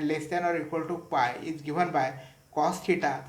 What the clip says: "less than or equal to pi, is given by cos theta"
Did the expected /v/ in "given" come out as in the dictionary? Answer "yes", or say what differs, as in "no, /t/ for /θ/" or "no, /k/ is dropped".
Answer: no, /b/ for /v/